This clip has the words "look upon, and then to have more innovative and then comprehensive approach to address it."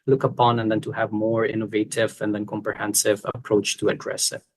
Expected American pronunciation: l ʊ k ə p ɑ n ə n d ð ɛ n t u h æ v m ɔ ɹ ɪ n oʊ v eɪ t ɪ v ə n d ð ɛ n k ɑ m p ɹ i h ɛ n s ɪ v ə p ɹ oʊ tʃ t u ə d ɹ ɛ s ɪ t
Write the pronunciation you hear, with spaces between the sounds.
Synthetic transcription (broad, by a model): l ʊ k ə p ɑ n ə n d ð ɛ n t u h æ v m ɔ ɹ ɪ n oʊ v eɪ t ɪ v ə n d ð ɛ n k ɑ m p ɹ i h ɛ n s ɪ v ə p ɹ oʊ tʃ t u ə d ɹ ɛ s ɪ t